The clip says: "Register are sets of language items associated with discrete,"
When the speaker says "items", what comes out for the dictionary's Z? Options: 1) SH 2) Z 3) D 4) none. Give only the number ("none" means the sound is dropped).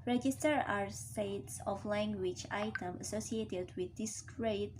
4